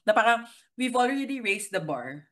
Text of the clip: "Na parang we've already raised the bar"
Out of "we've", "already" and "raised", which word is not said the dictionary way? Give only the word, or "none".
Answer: raised